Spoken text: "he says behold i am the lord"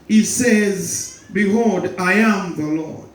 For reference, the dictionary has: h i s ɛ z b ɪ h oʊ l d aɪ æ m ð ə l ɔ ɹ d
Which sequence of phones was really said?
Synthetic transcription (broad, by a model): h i s ɛ z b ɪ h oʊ d aɪ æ m ð ə l ɔ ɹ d